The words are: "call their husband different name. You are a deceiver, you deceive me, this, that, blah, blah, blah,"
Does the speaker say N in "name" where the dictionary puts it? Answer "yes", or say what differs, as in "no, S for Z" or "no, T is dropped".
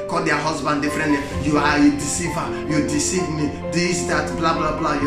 no, L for N